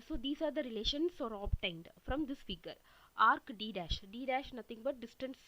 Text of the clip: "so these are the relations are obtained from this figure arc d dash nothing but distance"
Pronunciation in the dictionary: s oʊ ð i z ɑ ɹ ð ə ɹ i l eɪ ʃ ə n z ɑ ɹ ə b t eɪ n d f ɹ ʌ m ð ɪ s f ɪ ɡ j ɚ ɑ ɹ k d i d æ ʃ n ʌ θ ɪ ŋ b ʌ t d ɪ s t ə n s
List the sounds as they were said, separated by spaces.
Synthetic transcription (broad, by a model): s oʊ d i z ɑ ɹ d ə ɹ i l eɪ ʃ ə n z ɑ ɹ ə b t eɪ n d f ɹ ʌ m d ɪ s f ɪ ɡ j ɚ ɑ ɹ k d i d æ ʃ n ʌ t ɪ ŋ b ʌ t d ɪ s t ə n s